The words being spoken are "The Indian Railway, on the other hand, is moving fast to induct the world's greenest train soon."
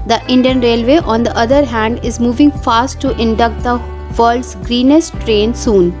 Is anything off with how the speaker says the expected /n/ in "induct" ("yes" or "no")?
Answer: no